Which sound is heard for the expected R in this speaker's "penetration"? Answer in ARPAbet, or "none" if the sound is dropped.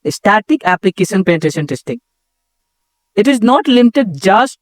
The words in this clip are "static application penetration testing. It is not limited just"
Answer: none